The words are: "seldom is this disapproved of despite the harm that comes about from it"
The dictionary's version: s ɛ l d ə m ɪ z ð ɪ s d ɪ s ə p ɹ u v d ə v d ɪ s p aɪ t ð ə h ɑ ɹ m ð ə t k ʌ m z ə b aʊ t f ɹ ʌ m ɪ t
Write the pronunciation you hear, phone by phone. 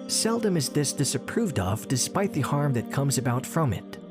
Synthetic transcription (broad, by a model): s ɛ l d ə m ɪ z ð ɪ s d ɪ s ə p ɹ u v d ə v d ɪ s p aɪ t ð ə h ɑ ɹ m ð ə t k ʌ m z ə b aʊ t f ɹ ʌ m ɪ t